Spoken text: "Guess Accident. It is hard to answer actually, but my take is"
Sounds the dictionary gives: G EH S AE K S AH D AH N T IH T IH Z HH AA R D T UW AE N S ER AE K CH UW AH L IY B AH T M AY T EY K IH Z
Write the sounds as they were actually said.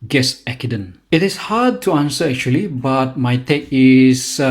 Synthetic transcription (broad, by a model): G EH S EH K AH D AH N IH T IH S HH AA D T UW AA N S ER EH K CH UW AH L IY B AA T M AY T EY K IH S